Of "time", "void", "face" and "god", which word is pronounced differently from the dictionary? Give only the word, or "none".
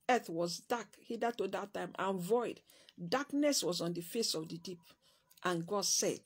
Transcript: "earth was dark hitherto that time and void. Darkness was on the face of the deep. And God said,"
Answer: none